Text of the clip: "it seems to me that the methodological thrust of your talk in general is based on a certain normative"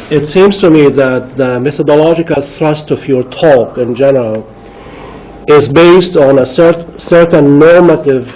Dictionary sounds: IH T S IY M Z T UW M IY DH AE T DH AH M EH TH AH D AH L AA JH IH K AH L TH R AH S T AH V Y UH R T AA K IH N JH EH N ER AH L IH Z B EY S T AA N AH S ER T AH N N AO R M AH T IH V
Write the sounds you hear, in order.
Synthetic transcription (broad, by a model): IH T S IY M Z T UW M IY DH AE T DH AH M EH TH AH D AH L AA JH IH K AH L TH R AH S T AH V Y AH R T AA K IH N JH EH N ER AH L IH Z B EY S T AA N AH S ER S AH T N AO R M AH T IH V